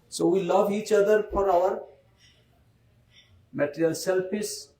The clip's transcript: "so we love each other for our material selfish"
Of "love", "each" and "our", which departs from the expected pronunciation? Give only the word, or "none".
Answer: none